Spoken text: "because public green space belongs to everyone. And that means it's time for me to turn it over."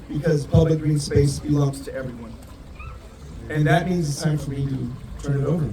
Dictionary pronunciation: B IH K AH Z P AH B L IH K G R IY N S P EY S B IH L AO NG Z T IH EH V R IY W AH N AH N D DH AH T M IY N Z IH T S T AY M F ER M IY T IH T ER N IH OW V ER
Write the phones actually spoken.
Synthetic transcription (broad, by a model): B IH K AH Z P AH B L IH K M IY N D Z EY S B IH L AO NG Z T IH EH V R IY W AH N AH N DH AH T M IY N Z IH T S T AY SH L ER M IY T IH T ER N IH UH V ER